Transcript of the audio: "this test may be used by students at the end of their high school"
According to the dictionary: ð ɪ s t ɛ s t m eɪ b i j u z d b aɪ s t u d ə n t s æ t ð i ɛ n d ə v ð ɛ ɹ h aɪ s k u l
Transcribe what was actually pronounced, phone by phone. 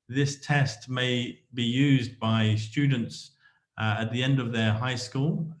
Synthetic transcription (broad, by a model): ð ɪ s t ɛ s t m eɪ b i j u z b aɪ s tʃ u d n t s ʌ t ð i ɛ n d ə v ð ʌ ɹ h aɪ s k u l